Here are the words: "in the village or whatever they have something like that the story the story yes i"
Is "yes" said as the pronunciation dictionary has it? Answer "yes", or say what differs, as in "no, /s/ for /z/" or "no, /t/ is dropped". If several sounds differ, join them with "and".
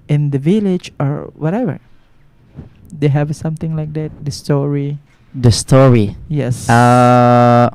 yes